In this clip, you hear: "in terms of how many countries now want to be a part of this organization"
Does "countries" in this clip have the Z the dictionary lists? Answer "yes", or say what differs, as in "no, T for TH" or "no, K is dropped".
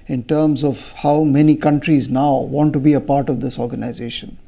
yes